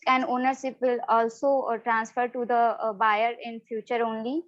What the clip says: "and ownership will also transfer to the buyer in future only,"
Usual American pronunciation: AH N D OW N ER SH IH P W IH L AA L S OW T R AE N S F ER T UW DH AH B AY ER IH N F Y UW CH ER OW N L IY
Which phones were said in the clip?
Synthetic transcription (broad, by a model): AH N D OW N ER S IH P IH L AA L S OW T R AE N S F ER T UW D AH B AY ER IH N F Y UW CH ER OW N L IY